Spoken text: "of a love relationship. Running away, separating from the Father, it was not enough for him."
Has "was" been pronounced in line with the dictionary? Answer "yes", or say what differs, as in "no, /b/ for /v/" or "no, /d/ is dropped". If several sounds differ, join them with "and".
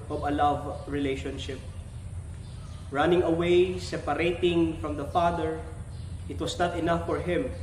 no, /s/ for /z/